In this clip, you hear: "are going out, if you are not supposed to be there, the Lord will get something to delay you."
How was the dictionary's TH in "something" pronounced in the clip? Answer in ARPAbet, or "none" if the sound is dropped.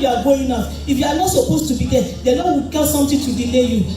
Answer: T